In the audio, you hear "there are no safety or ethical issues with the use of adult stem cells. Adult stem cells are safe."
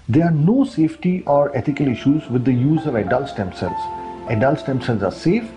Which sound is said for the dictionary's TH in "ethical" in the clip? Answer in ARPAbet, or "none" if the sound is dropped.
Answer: T